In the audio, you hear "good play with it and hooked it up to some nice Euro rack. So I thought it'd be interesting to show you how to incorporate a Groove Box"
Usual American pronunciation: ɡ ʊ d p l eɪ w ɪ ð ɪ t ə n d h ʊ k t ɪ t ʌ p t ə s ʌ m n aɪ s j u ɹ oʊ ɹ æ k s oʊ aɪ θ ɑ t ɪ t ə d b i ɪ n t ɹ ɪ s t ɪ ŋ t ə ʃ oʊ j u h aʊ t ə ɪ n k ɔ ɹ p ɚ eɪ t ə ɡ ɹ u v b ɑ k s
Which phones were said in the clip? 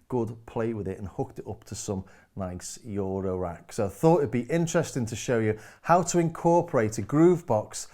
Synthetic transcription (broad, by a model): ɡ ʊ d p l eɪ w ɪ ð ɪ t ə n h ʊ k t ɪ t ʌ p t ə s ʌ m n aɪ s j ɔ ɹ oʊ ɹ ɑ k s oʊ aɪ θ ɑ t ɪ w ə d b i ɪ n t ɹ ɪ s t ɪ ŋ t ə ʃ oʊ j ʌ h aʊ t ə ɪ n k ɔ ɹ p ɚ eɪ t ə ɡ ɹ u v b ɑ k s